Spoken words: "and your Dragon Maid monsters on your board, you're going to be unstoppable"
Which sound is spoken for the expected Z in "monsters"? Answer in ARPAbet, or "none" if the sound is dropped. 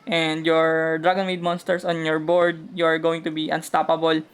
S